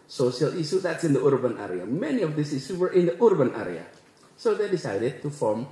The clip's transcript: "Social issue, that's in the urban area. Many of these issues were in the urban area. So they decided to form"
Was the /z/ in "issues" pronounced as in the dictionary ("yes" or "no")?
no